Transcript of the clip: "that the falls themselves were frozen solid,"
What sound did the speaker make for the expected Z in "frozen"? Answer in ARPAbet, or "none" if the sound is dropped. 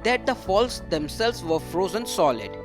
Z